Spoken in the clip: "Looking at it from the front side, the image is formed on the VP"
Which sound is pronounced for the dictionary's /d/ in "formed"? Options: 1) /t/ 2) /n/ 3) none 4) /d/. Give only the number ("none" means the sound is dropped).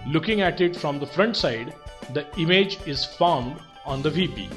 4